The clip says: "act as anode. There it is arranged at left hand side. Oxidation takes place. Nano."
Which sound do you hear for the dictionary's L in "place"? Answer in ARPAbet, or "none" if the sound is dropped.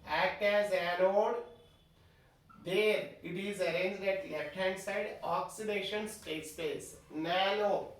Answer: none